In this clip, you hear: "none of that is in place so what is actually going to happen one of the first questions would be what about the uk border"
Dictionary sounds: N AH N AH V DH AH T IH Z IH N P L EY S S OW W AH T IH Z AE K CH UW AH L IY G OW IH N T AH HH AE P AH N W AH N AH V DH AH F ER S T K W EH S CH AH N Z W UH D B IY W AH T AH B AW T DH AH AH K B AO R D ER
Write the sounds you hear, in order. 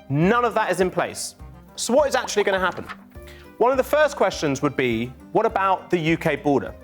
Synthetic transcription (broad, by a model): N AH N AH V DH AH T IH Z IH N P L EY S S OW W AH T IH Z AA K CH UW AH L IY G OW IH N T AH HH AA P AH N W AH N AH V DH AH F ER S K W EH S CH AH N Z W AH D B IY W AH T AH B AW T DH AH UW K B AO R D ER